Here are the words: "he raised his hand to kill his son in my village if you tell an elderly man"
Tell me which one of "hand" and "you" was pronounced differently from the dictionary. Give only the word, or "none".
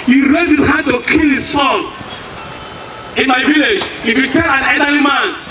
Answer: hand